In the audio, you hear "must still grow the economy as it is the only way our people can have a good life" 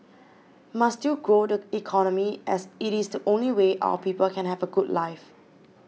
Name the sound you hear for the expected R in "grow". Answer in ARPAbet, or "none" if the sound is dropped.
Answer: R